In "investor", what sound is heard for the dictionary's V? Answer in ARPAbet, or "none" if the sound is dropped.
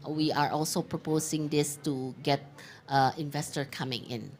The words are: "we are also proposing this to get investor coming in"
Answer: V